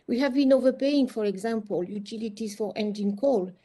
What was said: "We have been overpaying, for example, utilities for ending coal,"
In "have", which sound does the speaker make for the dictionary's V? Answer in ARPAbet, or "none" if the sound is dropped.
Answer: V